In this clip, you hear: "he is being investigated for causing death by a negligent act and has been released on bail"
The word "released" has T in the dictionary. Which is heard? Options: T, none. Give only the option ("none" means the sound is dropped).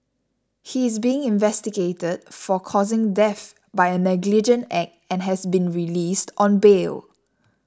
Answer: T